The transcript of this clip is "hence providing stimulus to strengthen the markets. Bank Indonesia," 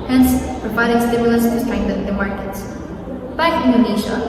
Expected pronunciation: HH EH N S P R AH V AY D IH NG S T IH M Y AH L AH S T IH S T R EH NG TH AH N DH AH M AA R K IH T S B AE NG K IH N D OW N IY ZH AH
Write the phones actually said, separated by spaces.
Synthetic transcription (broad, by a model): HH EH N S P R AH V AY D IH NG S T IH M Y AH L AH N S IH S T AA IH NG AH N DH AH M AA R K IH T S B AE K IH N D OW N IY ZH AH